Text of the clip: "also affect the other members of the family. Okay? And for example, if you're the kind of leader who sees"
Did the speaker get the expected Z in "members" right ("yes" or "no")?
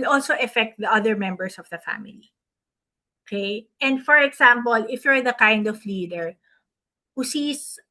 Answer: no